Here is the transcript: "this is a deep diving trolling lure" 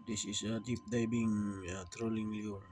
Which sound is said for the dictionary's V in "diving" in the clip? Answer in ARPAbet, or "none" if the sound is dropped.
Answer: B